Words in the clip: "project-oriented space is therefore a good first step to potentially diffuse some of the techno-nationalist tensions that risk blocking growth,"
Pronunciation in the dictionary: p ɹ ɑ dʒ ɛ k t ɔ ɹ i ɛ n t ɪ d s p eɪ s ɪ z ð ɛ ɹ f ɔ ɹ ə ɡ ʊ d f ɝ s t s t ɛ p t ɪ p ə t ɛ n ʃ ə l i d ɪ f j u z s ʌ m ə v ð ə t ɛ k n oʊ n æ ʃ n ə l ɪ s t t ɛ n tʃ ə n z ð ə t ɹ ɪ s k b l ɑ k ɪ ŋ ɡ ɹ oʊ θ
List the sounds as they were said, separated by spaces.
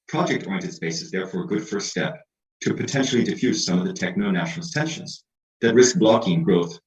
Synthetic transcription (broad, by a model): p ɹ ɑ dʒ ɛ k t ɔ i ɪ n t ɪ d s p eɪ s ɪ z ð ɛ ɹ f ɔ ɹ ə ɡ ʊ d f ɝ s s t ɛ p t ɪ p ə t ɛ n ʃ l i d ɪ f j u z s ʌ m ə v ð ə t ɛ k n oʊ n æ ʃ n l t t ɛ n ʃ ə n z ð ə t ɹ ɪ s k b l ɑ k ɪ ŋ ɡ ɹ oʊ θ